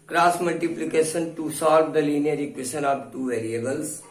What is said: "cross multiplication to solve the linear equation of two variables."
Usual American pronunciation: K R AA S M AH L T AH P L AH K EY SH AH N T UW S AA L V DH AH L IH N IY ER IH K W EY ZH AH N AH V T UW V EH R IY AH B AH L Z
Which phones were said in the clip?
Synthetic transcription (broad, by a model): K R AA S M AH L T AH P L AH K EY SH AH N T UW S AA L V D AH L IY N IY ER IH K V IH S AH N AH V T UW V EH R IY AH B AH L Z